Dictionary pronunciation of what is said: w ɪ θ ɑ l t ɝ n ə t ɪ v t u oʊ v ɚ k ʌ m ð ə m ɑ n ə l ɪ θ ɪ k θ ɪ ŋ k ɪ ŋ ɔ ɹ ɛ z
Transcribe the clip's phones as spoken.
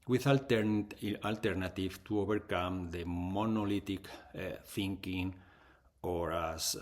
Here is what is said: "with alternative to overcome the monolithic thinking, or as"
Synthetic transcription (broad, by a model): w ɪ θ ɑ l t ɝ n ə t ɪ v t u oʊ b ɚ k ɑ m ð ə m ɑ n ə l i t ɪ k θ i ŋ k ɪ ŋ ɔ ɹ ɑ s